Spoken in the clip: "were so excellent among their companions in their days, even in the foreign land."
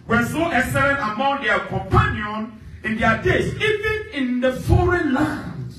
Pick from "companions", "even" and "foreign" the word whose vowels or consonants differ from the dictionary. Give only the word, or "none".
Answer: companions